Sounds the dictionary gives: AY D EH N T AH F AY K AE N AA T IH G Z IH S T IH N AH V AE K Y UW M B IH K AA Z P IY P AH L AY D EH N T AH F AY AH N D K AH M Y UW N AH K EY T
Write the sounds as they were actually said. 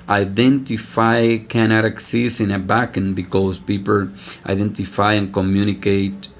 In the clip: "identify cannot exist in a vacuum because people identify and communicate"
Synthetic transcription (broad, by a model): AY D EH N T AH F AY K AE N AA T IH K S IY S IH N AH B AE K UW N B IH K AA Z P IY P AH L AY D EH N T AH F AY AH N K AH M Y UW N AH K EY T